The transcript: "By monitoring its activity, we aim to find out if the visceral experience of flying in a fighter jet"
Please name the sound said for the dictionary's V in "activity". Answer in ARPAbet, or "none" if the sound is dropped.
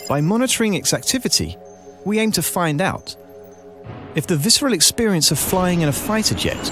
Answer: V